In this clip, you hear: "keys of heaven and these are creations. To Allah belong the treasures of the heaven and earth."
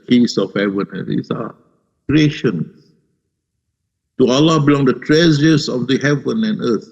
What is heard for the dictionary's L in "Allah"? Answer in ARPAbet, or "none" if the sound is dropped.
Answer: L